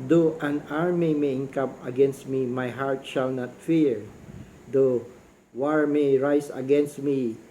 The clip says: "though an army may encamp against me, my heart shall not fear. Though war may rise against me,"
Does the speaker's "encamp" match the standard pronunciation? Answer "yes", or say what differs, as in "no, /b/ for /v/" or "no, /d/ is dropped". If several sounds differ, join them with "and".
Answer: no, /p/ is dropped